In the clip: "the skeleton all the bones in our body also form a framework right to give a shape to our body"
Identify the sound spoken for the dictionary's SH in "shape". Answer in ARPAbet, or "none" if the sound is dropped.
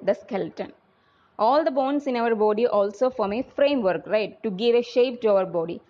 SH